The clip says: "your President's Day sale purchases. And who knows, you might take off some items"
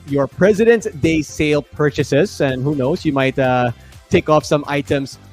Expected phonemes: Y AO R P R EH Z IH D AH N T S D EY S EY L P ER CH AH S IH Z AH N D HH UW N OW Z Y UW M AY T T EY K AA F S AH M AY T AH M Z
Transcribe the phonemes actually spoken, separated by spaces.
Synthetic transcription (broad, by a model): Y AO R P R EH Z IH D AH N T D EY S EY L P ER CH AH S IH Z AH N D HH UW N OW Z Y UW M AY T T EY K AA F S AH M AY T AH M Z